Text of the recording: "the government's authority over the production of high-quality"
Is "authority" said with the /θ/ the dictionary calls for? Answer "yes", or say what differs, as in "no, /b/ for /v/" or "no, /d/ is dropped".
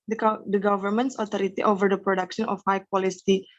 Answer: no, /t/ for /θ/